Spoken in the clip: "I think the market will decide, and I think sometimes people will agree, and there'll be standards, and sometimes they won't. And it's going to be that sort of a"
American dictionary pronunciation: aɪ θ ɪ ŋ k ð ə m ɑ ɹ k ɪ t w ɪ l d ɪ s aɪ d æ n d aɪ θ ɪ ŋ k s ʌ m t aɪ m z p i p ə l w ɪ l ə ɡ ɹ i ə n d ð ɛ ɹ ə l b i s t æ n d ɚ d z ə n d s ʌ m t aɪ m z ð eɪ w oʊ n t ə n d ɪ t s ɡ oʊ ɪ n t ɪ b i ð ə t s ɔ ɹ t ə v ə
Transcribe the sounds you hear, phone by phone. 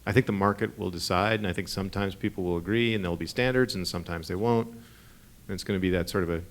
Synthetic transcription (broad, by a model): aɪ θ ɪ ŋ k ð ə m ɑ ɹ k ɪ t w ɪ l d ɪ s aɪ d n aɪ θ ɪ ŋ k s ʌ m t aɪ m z p i p l w ɪ l ə ɡ ɹ i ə n ð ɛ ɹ l b i s t æ n d ɚ d z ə n s ʌ m t aɪ m z ð eɪ w oʊ n t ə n ɪ t s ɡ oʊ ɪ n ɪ b i ð ə t s ɔ ɹ t ə v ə